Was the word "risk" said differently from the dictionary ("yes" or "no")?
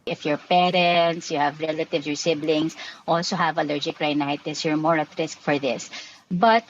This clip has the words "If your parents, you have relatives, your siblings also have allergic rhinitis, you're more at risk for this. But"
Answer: no